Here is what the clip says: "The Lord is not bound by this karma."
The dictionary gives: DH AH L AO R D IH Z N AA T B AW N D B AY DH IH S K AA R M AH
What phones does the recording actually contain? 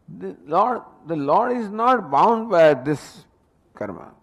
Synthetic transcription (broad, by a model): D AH L AO R D IH Z N AA T B AW N D B AY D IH S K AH R M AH